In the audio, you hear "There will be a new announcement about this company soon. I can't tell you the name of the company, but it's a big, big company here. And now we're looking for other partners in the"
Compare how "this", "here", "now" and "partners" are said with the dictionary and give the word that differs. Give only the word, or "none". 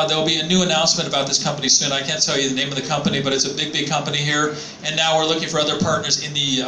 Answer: none